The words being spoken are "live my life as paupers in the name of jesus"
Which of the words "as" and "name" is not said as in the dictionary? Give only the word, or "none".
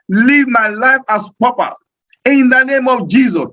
as